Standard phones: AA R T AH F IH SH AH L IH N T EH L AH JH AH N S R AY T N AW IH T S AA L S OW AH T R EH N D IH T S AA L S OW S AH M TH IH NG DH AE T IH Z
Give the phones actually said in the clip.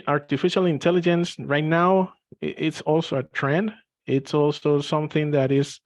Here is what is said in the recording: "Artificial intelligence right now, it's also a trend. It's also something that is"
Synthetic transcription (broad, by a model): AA R T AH F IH SH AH L IH N T EH L AH JH AH N S R AY T N AW IH T S AA L S OW AH T R EH N D IH T S AA L S OW S AH M TH IH NG DH AE T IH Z